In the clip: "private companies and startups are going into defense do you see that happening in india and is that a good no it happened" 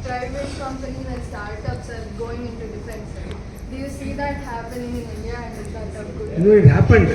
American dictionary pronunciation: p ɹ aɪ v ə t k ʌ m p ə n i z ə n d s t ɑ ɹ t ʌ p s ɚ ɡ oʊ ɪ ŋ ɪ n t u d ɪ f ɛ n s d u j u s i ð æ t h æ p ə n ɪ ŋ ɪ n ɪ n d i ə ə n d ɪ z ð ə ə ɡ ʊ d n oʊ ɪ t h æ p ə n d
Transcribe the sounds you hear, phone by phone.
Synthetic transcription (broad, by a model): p ɹ aɪ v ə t k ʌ m p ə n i ə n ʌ s t ɑ ɹ t ʌ p s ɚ ɡ oʊ ɪ ŋ ɪ n t u d ɪ f ɛ n s d u j u s i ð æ t h æ p ə n ɪ ŋ ɪ n ɪ n d i ə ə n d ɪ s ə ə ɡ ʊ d n oʊ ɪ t h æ p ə n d